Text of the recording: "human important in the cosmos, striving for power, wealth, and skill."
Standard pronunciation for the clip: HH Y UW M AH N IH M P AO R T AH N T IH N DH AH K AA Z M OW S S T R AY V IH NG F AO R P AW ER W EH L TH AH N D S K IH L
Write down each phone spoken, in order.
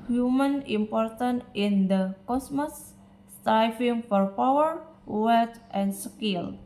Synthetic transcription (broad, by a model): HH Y UW M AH N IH M P AO R T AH N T IH N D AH K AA S M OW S S T AY F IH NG F AO R P AW ER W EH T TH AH N S K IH L